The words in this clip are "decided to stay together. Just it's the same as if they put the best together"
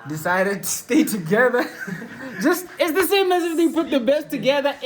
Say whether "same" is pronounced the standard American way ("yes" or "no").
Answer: yes